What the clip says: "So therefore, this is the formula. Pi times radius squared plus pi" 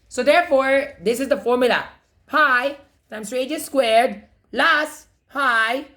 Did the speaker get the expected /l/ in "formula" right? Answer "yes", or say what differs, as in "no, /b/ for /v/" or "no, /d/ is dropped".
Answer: yes